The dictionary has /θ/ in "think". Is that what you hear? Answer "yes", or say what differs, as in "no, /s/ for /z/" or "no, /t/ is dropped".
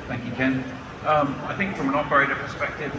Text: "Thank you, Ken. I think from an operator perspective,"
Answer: yes